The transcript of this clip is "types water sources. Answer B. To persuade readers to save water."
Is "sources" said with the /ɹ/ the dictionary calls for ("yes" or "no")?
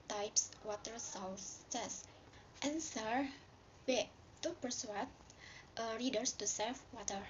no